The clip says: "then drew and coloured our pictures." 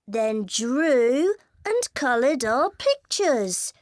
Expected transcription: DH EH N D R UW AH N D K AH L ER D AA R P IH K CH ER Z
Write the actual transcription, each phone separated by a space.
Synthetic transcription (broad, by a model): DH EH N D R UW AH N K AH L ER D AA P IH K CH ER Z